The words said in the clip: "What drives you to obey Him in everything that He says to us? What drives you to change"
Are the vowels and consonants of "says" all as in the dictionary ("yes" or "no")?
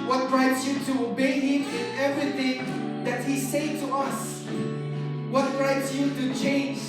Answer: no